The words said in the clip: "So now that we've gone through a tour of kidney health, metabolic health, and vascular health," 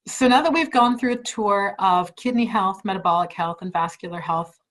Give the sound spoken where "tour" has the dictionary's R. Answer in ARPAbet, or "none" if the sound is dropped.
R